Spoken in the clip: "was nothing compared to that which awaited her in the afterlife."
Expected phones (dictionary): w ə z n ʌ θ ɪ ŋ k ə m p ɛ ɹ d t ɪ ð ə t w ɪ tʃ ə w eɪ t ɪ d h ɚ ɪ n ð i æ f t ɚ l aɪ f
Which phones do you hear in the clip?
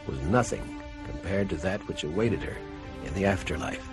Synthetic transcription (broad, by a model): w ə z n ʌ θ ɪ ŋ k ə m p ɛ ɹ d t ɪ ð ə t w ɪ tʃ ə w eɪ t ɪ d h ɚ ɪ n ð i æ f t ɚ l aɪ f